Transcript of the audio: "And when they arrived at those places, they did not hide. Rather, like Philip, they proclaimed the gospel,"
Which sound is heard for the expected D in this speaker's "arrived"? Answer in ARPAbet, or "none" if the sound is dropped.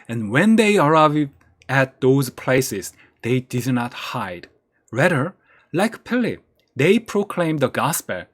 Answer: none